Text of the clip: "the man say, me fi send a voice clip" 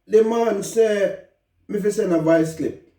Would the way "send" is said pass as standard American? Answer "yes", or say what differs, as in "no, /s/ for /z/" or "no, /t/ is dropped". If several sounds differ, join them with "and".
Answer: no, /d/ is dropped